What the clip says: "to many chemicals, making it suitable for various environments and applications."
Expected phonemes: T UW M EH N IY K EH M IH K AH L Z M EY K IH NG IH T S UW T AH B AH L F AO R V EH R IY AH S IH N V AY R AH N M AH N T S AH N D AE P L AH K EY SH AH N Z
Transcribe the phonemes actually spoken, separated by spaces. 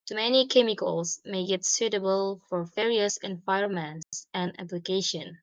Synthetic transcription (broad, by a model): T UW M EH N IY K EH M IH K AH L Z M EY IH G IH T S UW T AH B AH L F AO R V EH R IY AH S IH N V AY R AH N M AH N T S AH N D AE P L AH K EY SH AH N